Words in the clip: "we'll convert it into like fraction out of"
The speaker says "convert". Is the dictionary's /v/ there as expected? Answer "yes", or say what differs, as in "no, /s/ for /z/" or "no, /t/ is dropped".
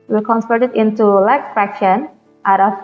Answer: no, /p/ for /v/